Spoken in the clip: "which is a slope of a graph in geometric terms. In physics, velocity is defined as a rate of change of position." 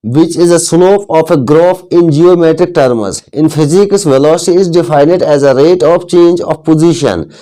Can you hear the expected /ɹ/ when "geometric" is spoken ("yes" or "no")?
yes